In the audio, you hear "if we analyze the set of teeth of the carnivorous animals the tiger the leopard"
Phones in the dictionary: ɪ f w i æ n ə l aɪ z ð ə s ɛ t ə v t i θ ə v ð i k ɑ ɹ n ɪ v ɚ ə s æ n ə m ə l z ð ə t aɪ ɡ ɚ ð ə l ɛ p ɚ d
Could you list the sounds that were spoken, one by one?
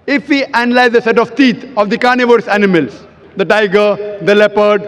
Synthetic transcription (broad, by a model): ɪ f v i æ n ə l aɪ z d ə s ɛ t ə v t i t ə v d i k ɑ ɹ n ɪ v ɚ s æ n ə m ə l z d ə t aɪ ɡ ɚ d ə l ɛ p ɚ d